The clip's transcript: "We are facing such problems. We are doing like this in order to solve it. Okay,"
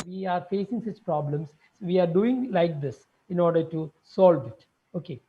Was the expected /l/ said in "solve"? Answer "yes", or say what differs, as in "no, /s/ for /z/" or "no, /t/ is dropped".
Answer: yes